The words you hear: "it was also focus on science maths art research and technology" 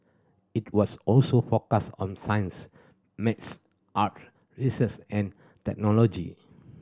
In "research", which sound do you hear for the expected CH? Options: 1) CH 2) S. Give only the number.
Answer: 2